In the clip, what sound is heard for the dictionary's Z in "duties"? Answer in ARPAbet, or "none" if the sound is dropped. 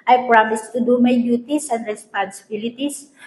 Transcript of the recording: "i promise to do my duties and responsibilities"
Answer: S